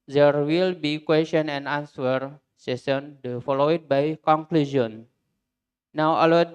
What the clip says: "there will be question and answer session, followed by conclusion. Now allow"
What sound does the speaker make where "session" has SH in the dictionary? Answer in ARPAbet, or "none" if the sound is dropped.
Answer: S